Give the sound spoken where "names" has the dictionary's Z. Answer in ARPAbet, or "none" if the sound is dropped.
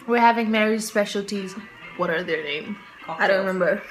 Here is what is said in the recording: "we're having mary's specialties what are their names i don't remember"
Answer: none